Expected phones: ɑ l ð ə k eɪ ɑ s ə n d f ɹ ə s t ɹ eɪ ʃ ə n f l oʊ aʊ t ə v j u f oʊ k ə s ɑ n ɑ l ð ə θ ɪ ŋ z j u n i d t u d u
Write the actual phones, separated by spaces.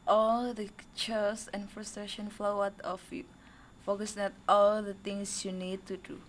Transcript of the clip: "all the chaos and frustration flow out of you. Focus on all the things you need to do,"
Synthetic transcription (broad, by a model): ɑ l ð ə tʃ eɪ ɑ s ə n f ɹ ə s t ɹ eɪ ʃ ə n f l oʊ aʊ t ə f j u f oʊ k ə s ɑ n ɑ l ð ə t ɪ ŋ s j u n i d t u d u